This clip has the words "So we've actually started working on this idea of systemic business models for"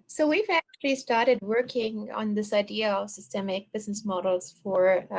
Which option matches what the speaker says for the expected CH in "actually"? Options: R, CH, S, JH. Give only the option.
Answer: CH